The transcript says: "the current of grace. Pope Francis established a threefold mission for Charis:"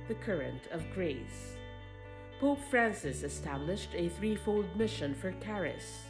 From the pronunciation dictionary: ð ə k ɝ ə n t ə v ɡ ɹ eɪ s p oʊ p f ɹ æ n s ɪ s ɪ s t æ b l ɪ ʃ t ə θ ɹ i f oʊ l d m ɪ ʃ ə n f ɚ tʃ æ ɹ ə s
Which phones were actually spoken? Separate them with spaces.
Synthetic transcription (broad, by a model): ð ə k ɝ ə n t ə v ɡ ɹ eɪ s p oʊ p f ɹ æ n s ɪ s ɪ s t æ b l ɪ ʃ t ə θ ɹ i f oʊ l d m ɪ ʃ ə n f ɚ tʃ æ ɹ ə s